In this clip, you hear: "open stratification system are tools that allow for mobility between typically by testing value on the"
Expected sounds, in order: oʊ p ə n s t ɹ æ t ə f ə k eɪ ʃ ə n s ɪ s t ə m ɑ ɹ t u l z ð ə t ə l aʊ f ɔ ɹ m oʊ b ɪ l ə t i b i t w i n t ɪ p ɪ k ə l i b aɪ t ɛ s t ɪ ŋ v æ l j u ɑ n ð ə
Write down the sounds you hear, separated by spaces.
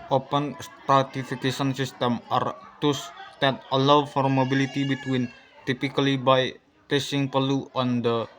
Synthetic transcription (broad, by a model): oʊ p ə n s t ɹ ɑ t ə f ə k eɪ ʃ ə n s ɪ s t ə m ɑ ɹ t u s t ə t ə l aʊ f ɔ ɹ m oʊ b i l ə t i b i t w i n t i p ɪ k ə l i b aɪ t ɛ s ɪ ŋ p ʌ l u ɑ n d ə